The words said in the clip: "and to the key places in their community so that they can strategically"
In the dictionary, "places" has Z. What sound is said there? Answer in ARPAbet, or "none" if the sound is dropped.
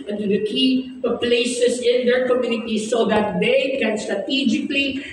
S